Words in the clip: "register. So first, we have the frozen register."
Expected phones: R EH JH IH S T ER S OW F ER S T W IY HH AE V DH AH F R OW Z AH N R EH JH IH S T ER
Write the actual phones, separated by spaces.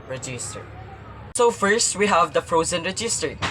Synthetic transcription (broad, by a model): R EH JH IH S T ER S OW F ER S T W IY HH AE V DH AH F R OW Z AH N R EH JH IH S T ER